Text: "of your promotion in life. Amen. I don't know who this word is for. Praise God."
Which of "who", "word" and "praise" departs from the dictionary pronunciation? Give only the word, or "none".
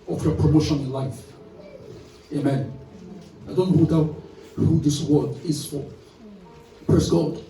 praise